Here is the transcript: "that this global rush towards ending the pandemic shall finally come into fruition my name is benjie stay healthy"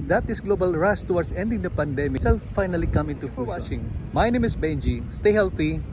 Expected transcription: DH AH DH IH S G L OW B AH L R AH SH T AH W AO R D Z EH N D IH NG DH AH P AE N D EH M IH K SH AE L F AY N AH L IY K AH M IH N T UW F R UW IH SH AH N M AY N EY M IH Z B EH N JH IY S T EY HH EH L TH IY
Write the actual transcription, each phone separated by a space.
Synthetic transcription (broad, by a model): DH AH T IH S G L OW B AH L R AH S T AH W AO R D S EH N D IH NG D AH P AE N D EH M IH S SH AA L F AY N AH L IY K AH M IH N T UW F W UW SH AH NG M AY N EY M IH S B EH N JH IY S T EY HH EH L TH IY